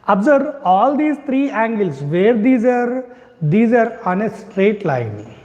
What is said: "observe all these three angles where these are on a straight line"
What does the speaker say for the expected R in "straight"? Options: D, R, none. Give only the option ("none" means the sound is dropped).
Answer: R